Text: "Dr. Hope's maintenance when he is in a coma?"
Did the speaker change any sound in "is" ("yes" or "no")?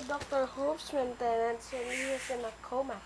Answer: yes